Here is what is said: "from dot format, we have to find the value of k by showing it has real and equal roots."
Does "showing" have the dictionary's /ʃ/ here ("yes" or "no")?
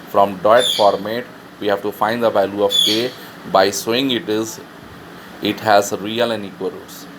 no